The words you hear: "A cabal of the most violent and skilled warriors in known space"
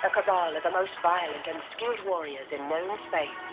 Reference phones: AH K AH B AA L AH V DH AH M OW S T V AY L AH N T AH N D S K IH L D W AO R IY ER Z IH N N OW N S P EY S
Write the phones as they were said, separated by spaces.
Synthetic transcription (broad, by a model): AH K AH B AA L AH V DH AH M OW S T V AY L AH N T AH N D S K IH L D W AO R IY ER Z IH N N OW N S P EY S